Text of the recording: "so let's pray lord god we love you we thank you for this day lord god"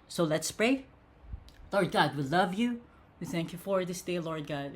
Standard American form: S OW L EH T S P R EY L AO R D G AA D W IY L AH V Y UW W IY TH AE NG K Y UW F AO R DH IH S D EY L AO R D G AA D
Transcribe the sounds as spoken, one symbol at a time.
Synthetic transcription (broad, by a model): S OW L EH T S P R EY L AO R D G AA D W IY L AH V Y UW W IY TH AE NG K Y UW F AO R DH IH S D EY L AO R D G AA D